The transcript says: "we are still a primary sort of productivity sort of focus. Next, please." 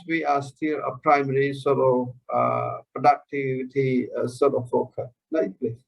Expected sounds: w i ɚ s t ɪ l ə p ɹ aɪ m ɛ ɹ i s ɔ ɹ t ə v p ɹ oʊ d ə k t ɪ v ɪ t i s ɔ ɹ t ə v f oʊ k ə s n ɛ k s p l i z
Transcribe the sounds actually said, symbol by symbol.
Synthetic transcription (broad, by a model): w i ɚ s t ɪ l ə p ɹ aɪ m ɛ ɹ i s ɔ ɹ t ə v p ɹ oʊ d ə k t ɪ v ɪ t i s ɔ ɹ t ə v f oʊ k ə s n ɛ s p l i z